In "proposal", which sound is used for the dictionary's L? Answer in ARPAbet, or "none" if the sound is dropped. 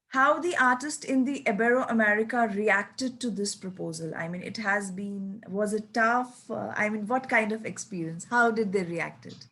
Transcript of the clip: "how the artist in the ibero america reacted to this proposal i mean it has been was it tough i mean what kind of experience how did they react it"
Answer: L